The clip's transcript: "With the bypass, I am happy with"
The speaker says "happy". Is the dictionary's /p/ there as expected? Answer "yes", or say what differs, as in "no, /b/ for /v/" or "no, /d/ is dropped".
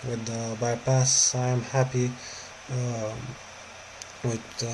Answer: yes